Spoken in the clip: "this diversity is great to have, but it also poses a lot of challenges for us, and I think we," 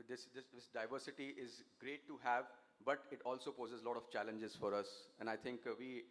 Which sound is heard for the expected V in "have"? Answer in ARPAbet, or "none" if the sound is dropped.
V